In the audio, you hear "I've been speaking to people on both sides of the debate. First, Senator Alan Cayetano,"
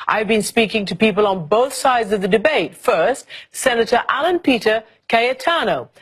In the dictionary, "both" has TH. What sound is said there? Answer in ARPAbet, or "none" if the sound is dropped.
TH